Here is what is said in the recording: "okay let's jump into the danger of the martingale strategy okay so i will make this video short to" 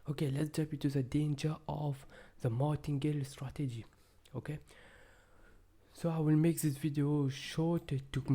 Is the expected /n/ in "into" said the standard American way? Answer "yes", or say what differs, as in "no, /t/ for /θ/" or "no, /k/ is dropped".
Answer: no, /n/ is dropped